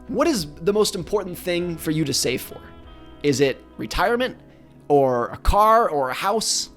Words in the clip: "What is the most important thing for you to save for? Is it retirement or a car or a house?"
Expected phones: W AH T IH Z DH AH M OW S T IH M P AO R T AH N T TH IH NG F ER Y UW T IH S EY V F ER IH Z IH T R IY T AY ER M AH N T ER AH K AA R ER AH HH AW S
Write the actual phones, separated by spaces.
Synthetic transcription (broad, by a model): W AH T IH Z DH AH M OW S T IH M P AO R T N TH IH NG F ER Y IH T IH S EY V F ER IH Z IH T R IY T AY ER M AH N T ER AH K AA R ER AH HH AW S